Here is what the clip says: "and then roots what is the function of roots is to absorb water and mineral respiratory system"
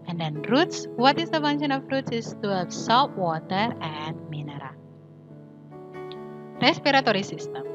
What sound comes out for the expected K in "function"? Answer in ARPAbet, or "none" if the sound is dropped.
none